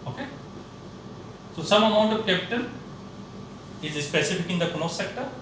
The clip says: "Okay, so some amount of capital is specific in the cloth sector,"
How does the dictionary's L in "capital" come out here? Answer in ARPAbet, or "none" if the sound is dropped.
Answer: N